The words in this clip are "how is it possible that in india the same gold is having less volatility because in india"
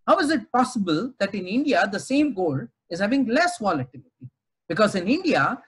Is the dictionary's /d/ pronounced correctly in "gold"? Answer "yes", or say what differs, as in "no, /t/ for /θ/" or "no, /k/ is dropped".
no, /d/ is dropped